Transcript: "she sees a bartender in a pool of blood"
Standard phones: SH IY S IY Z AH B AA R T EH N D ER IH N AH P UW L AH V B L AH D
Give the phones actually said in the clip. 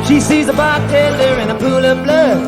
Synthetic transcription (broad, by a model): SH IY S IY Z AH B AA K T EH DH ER IH N AH P UW L AH V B L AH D